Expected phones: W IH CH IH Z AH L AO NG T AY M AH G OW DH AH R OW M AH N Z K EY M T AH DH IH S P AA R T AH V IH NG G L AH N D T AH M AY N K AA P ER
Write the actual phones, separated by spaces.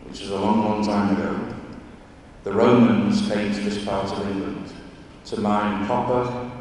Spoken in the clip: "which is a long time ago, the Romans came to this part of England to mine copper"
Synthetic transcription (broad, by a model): W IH CH IH Z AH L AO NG T AY M AH G OW DH AH R OW M AH N Z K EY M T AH DH IH S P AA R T AH V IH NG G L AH N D T AH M AY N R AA P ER